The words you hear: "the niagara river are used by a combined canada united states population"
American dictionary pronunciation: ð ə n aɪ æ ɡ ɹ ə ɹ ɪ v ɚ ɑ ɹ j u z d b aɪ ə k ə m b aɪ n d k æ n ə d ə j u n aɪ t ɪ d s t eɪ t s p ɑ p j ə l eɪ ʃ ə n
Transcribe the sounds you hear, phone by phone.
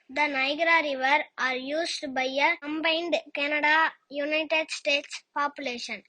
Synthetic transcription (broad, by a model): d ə n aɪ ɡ ɹ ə ɹ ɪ v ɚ ɑ ɹ j u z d b aɪ ə k ə m b aɪ n d k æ n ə d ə j u n aɪ t ɪ d s t eɪ t s p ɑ p j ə l eɪ ʃ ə n